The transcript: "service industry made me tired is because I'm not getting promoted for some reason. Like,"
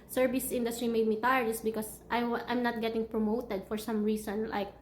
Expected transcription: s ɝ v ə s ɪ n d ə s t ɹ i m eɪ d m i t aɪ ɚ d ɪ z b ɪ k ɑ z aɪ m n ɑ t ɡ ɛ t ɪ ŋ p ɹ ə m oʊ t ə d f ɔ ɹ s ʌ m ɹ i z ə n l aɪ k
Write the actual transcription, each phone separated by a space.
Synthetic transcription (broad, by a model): s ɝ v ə s ɪ n d ə s t ɹ i m eɪ d m i t aɪ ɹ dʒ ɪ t b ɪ k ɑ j aɪ m n ɑ t ɡ ɛ t ɪ ŋ p ɹ ə m oʊ t ə d f ɔ ɹ s ʌ m ɹ i s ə n l aɪ k